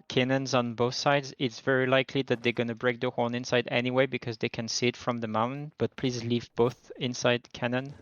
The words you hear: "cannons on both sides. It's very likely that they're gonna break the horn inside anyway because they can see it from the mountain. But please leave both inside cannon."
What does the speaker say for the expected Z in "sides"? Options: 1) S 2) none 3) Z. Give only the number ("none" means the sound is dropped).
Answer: 3